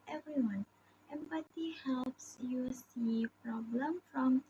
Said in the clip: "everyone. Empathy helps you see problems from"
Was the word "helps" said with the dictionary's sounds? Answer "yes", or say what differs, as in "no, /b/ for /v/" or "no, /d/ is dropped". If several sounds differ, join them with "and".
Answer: yes